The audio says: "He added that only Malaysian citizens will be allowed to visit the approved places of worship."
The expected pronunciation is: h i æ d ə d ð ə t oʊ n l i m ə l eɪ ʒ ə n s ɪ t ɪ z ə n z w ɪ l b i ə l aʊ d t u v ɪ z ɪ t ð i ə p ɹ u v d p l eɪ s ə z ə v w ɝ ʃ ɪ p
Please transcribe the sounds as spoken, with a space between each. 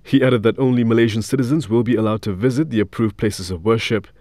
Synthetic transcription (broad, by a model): h i æ d ə d ð ə t oʊ n l i m ə l eɪ ʒ ə n s ɪ t ɪ z ə n z w ɪ l b i ə l aʊ d t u v ɪ z ɪ t ð i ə p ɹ u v p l eɪ s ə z ə v w ɝ ʃ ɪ p